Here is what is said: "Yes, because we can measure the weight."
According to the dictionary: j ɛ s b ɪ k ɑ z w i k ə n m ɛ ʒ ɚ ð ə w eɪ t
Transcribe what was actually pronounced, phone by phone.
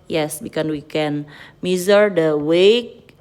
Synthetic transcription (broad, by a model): j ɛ s b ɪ k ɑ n w i k ə n m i z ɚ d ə w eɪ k